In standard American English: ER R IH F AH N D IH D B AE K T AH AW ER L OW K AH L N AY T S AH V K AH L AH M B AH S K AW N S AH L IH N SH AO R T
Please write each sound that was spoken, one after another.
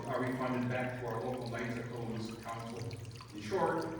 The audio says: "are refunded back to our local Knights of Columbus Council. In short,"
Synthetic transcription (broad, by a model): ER W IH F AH N D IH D B AE K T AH AW ER L OW K L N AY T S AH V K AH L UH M AH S K AW N S L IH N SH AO R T